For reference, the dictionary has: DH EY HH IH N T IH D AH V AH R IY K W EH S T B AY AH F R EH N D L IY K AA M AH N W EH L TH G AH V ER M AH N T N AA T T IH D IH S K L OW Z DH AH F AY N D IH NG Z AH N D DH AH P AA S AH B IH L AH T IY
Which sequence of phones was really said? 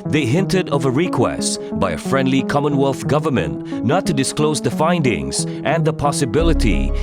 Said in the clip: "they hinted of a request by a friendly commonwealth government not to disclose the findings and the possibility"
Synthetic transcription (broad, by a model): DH EY HH IH N T IH D AH V AH R IY K W EH S T B AY AH F R EH N D L IY K AA M AH N W EH L TH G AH V ER M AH N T N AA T T IH D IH S K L OW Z DH AH F AY N D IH NG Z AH N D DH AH P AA S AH B IH L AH T IY